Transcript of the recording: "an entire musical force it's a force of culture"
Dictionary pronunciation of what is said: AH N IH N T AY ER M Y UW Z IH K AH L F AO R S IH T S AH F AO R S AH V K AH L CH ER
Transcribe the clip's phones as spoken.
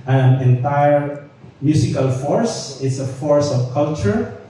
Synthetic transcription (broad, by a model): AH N IH N T AY ER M Y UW S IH K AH L F AO R S IH T S AH F AO R S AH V K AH L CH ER